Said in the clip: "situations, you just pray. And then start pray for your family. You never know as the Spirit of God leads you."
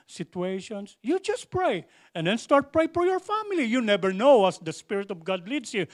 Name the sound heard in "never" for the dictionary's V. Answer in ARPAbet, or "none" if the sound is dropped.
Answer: B